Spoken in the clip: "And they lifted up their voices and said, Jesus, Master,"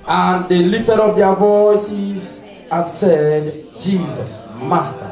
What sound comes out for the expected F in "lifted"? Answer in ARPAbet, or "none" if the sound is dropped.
none